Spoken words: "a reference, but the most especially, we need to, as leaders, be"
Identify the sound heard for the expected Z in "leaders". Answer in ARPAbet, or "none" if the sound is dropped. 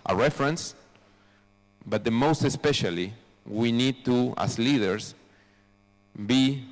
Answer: S